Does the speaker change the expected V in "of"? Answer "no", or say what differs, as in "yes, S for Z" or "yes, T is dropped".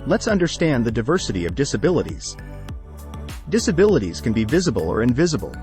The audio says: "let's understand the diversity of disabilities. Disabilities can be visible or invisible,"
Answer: no